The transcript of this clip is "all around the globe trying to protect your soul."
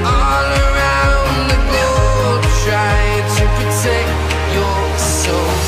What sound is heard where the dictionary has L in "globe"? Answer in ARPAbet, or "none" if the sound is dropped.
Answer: none